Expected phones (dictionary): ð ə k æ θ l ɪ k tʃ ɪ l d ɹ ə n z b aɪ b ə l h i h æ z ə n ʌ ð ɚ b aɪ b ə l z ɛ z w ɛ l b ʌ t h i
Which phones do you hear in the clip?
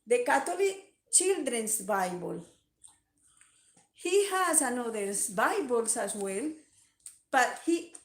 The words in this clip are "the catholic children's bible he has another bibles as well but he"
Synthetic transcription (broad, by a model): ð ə k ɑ t l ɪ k tʃ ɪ l d ɹ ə n s b aɪ b ə l h i h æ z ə n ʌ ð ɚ b aɪ b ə l s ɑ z w ɛ l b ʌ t h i